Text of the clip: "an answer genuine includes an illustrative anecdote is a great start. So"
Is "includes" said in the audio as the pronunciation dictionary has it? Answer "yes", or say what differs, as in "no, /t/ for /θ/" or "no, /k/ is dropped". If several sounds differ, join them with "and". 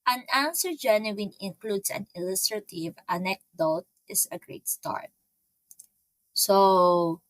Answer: no, /s/ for /z/